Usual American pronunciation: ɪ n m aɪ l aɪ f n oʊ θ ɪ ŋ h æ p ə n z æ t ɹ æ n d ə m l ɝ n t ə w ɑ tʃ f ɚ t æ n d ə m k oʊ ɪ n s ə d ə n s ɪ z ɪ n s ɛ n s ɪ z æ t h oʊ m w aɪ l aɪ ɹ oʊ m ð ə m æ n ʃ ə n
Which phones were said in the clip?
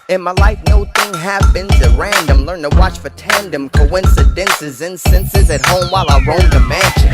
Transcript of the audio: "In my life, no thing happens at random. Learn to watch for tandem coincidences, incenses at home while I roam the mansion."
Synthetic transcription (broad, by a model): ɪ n m aɪ l aɪ f n oʊ θ ɪ ŋ h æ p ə n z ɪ ɹ æ n d ə m l ɝ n t ə w ɑ tʃ f ɚ t æ n d ə m k oʊ ɪ n s ə d ə n s ɪ z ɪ n s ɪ n s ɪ z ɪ t h oʊ m w aɪ l aɪ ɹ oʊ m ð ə m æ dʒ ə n